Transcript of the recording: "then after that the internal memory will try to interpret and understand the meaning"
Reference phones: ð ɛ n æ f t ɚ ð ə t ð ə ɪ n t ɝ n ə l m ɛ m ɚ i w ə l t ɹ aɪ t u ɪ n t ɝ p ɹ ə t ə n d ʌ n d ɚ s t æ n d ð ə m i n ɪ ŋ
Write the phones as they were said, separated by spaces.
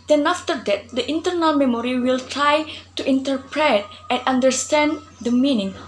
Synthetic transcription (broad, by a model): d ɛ n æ f t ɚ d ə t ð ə ɪ n t ɝ n ə l m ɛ m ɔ i w ə l t ɹ aɪ t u ɪ n t ɝ p ɹ ə t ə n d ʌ n d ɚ s t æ n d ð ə m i n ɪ ŋ